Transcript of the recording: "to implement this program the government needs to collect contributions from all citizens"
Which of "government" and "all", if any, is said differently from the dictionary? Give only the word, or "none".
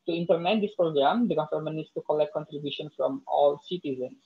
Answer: government